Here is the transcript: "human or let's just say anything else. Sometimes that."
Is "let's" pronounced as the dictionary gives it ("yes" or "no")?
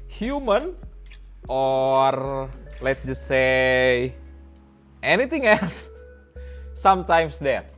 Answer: no